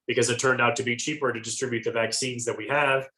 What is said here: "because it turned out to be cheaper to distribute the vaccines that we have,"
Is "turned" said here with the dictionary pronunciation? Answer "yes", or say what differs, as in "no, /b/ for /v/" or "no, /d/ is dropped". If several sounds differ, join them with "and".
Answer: yes